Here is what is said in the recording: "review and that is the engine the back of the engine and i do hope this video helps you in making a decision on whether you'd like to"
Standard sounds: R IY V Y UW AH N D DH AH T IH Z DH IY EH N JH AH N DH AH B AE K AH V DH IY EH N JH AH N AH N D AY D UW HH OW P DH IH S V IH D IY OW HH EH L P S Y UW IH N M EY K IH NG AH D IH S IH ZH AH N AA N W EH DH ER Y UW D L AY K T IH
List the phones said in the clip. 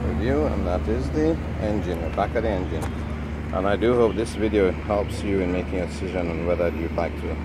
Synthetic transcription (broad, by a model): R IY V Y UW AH N DH AH T IH Z DH IY EH N JH AH N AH B AE K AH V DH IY EH N JH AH N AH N AY D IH HH OW P DH IH S V IH D IY OW HH EH L P S Y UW IH N M EY K IH NG AH D IH S IH ZH AH N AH N W EH DH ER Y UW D L AY K T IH